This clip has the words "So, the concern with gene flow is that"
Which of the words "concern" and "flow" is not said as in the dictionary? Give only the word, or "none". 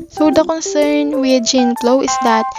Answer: flow